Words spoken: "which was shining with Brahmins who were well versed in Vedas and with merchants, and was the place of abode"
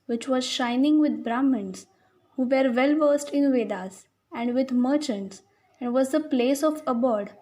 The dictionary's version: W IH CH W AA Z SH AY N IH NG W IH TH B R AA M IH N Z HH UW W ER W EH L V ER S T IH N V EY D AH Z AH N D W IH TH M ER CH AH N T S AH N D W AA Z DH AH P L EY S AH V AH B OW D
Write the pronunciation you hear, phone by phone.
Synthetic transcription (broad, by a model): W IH CH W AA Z SH AY N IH NG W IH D B R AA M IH N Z HH UW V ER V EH L V ER S T IH N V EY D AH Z AH N D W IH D M ER CH AH N T S AH N D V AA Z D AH P L EY S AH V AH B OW D